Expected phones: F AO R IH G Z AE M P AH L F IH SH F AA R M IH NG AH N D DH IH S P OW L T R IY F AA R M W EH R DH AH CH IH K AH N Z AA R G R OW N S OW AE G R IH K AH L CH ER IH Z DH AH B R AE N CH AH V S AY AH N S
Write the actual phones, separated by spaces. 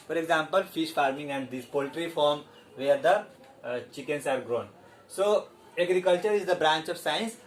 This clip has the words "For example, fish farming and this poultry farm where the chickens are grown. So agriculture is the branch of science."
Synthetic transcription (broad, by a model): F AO R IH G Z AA M P AH L F IH SH F AA R M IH NG AH N D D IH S P OW L T R IY F AA R M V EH R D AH CH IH K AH N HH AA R G R OW N S OW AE G R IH K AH L CH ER IH Z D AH B R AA N CH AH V S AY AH N S